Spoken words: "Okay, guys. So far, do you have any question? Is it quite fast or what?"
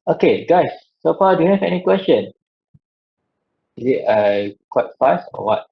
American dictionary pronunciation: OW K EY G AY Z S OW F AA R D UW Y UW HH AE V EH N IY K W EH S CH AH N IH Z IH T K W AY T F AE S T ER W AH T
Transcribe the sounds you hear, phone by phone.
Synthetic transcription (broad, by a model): OW K EY G AY S OW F AA D UW Y UW HH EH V EH N IY K W EH S CH AH N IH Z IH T K W AY T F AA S AO W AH T